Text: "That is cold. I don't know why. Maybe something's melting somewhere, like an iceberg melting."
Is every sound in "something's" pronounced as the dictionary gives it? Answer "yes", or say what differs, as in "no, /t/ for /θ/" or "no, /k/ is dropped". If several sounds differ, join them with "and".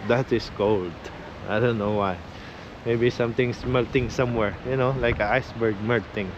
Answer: no, /t/ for /θ/ and /s/ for /z/